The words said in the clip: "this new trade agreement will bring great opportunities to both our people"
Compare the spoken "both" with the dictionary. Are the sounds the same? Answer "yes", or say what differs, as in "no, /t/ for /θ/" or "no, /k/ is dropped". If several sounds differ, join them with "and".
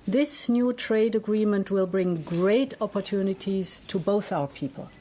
yes